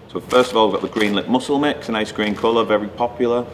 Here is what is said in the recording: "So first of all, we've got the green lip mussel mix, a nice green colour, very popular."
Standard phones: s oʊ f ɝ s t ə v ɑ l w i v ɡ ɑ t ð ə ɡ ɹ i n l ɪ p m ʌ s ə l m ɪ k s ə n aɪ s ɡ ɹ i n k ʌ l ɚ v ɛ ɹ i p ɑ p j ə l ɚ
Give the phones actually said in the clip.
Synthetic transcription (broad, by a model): s oʊ f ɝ s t ə v ɑ l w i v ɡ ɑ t ð ə ɡ ɹ i n l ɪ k m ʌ s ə l m ɪ k s ə n aɪ s ɡ ɹ i n k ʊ l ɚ v ɛ ɹ i p ɑ p j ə l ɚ